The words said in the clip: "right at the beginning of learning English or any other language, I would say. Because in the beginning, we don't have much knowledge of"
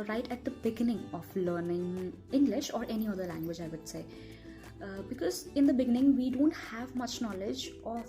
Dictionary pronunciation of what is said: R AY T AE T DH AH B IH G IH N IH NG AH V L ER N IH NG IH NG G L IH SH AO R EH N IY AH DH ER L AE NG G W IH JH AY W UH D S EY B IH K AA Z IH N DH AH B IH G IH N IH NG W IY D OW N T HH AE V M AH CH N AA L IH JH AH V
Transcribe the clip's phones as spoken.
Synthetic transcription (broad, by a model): R AY T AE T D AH B IH G IH N IH NG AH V L ER N IH NG IH NG G L IH SH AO R EH N IY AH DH ER L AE NG G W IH JH AY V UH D S EY B IH K AA Z IH N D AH B IH G IH N IH NG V IY D OW N T HH AE V M AH CH N AA L IH JH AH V